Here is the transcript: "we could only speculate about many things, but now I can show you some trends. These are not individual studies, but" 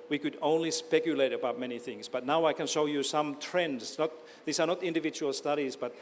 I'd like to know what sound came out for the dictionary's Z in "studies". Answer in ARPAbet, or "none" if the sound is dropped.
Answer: Z